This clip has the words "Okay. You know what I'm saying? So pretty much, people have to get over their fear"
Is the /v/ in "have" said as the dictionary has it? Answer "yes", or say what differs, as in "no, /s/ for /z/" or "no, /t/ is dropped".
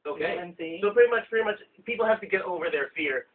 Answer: no, /f/ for /v/